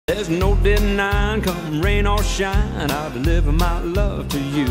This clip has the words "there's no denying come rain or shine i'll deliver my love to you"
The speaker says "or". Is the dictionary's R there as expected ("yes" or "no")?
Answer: no